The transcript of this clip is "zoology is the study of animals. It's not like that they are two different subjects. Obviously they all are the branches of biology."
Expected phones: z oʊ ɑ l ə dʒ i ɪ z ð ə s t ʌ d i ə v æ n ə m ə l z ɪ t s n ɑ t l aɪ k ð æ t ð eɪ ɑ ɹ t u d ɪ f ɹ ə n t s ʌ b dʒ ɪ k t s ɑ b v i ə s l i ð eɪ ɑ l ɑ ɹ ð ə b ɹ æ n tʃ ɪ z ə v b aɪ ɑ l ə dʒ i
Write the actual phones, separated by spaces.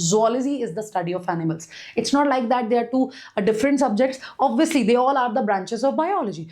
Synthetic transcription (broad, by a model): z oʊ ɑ l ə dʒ i ɪ z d ə s t ʌ d i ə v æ n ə m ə l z ɪ t s n ɑ t l aɪ k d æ t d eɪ ɑ ɹ t u d ɪ f ɹ ə n t s ʌ b dʒ ɪ k t s ɑ b v i ə s l i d eɪ ɑ l ɑ ɹ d ə b ɹ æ n tʃ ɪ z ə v b aɪ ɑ l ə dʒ i